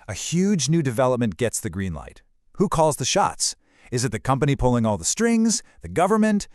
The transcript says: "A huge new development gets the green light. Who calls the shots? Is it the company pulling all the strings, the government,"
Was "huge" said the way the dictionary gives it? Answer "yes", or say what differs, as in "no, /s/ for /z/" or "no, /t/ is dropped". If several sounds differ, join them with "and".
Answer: yes